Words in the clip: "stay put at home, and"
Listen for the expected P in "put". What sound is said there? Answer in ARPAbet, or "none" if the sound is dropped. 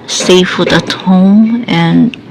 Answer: F